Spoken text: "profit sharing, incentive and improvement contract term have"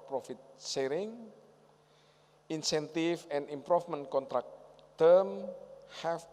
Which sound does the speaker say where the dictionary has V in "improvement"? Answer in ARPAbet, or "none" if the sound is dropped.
F